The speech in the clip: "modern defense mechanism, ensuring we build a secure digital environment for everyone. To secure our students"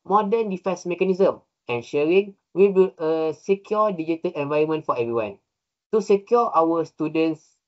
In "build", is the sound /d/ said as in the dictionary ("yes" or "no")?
no